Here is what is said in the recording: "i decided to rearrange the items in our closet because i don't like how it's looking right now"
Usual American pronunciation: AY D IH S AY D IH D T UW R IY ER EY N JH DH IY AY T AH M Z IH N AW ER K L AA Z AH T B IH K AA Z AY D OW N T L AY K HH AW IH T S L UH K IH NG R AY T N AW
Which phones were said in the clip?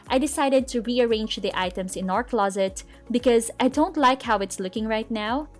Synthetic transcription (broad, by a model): AY D IH S AY D IH D T UW R IY ER EY N JH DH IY AY T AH M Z IH N AW ER K L AA Z AH T B IH K AA Z AY D OW N T L AY K HH AW IH T S L UH K IH NG R AY T N AW